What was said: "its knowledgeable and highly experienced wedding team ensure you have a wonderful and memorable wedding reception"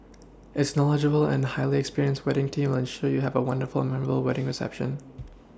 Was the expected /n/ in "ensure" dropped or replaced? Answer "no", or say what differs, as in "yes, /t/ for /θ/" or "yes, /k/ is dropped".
no